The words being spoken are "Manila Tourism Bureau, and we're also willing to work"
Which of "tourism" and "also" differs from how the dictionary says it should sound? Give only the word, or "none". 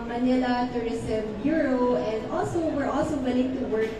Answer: tourism